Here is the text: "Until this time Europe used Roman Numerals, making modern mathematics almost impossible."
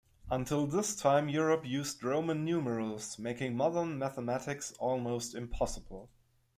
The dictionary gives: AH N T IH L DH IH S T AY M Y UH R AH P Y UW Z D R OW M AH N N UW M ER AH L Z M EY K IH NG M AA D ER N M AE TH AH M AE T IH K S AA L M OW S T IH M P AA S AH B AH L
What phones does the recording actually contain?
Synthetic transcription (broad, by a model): AH N T IH L DH IH S T AY M Y UH R AH P Y UW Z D R OW M AH N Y UW M ER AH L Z M EY K IH NG M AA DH ER N M AE TH AH M AE T IH K S AA L M OW S T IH M P AA S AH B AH L